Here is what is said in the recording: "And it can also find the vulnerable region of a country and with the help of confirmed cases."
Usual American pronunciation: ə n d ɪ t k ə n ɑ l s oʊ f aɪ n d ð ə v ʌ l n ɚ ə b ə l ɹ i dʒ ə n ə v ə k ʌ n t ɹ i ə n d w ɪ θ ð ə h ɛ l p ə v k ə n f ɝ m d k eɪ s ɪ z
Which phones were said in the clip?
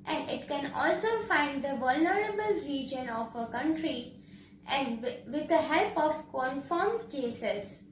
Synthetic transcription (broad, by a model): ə n d ɪ t k ə n ɑ l s oʊ f aɪ n d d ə v ʌ l n ɚ ə b ə l ɹ i dʒ ə n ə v ə k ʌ n t ɹ i ə n d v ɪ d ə h ɛ l p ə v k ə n f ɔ m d k eɪ s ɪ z